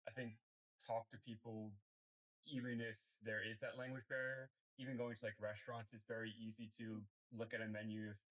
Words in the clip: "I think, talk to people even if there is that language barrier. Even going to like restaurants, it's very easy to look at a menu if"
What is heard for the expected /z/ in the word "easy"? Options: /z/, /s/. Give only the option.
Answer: /z/